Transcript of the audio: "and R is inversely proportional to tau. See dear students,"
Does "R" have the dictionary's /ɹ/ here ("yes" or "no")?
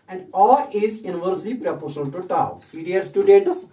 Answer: no